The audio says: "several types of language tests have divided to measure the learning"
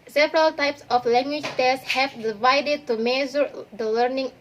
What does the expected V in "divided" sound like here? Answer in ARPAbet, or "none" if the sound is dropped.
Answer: V